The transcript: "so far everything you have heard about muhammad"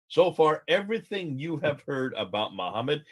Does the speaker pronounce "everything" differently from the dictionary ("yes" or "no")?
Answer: no